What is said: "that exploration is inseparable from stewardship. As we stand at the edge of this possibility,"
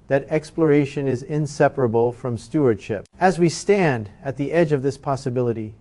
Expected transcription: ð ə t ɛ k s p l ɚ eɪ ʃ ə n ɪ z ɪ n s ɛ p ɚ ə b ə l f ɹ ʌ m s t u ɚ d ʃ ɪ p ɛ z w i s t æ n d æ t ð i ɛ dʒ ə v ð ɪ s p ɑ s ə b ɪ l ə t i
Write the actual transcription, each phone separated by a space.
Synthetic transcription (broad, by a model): ð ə t ɛ k s p l ɚ eɪ ʃ ə n ɪ z ɪ n s ɛ p ɚ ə b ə l f ɹ ʌ m s t u ɚ d ʃ ɪ p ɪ z w i s t æ n d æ t ð i ɛ dʒ ə v ð ɪ s p ɑ s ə b ɪ l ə t i